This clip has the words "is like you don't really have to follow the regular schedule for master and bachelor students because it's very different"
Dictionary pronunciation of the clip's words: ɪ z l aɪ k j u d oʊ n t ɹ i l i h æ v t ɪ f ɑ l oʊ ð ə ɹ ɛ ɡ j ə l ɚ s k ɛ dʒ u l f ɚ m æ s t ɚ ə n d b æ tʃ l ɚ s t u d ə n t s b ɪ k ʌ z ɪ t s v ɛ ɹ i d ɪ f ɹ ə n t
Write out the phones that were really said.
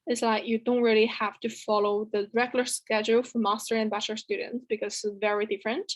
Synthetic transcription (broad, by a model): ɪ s l aɪ k j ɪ d oʊ n t ɹ i l i h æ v t ɪ f ɑ l oʊ ð ə ɹ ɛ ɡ j l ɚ s k ɛ dʒ u l f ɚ m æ s t ɚ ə n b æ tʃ ɚ s t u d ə n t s b ɪ k ʌ z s v ɛ ɹ i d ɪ f ɹ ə n t